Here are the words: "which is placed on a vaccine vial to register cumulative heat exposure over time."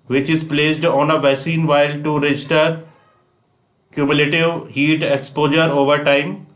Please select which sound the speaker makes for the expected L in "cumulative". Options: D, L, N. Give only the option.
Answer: L